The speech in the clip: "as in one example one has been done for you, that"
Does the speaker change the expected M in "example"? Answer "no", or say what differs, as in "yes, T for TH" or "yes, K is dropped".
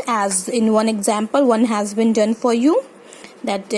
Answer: no